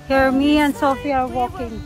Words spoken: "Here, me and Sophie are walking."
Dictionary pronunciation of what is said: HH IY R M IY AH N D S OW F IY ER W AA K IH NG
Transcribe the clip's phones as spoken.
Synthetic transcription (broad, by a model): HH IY R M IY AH N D S OW F IY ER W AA K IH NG